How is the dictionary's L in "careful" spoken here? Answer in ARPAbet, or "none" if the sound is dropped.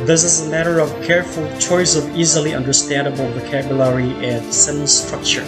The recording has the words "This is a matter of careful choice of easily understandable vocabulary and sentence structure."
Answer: L